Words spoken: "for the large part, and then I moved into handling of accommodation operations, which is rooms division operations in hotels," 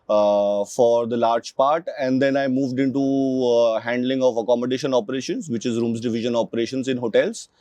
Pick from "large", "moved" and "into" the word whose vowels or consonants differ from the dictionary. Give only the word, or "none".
none